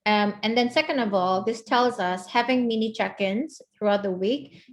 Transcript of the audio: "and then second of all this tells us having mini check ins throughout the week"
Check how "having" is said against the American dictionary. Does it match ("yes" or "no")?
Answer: yes